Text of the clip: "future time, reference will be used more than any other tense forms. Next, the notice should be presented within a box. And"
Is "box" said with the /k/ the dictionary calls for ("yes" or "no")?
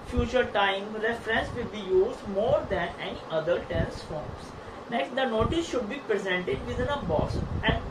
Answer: no